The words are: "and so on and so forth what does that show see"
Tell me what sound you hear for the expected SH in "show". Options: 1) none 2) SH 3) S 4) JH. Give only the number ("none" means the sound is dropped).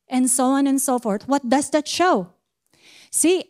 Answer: 2